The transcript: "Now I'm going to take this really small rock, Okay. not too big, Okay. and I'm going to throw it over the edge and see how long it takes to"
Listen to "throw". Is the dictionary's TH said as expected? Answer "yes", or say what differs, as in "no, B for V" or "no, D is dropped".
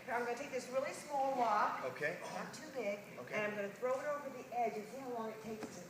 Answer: yes